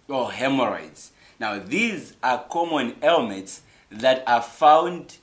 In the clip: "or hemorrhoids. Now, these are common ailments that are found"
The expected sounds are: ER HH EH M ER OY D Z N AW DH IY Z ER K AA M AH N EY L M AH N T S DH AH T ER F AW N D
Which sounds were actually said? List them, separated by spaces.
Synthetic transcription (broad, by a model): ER HH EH M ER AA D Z N AW DH IY Z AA K AA M AH N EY L M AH N T S DH AH T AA F AW N D